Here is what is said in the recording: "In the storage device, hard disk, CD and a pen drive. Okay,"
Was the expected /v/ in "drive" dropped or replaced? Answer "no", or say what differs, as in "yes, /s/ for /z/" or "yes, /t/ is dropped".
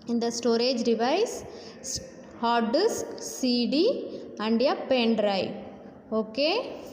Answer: yes, /v/ is dropped